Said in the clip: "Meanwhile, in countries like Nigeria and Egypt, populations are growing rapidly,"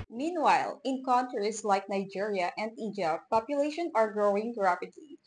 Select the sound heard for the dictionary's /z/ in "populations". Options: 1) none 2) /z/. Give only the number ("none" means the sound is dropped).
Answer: 1